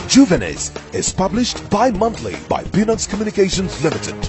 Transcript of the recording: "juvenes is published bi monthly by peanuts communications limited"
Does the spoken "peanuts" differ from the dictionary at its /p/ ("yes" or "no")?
yes